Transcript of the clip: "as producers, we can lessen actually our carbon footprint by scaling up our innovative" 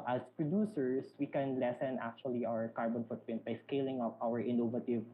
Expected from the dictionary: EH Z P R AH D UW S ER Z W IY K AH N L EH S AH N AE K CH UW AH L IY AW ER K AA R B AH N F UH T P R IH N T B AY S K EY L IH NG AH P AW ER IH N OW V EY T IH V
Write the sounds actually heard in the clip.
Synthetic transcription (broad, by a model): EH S P R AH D UW S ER S W IY K AH N L EH S AH N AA K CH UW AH L IY AW ER K AA R B AH N F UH T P IH N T B AY S K EY L IH NG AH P AW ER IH N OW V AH T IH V